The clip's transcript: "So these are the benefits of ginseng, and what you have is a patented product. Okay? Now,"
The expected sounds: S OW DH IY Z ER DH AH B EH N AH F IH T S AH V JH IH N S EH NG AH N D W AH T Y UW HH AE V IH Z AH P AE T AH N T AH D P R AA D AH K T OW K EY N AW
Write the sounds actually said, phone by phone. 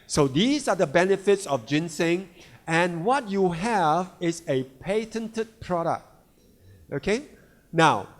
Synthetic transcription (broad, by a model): S OW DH IY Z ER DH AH B EH N AH F IH T S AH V JH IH N S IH NG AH N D W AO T Y UW HH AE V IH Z AH P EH T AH N T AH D P R AA D AH K T OW K EY N AW